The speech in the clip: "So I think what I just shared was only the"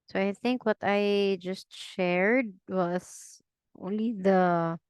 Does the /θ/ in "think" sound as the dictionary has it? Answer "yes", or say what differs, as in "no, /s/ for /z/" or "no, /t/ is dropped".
yes